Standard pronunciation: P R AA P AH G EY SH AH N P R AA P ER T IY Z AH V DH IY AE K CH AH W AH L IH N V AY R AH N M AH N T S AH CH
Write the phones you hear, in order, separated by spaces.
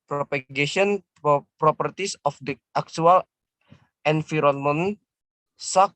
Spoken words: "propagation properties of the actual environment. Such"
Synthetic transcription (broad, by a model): P R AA P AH G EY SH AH N P R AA P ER T IY S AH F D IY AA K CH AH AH L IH N F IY R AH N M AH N S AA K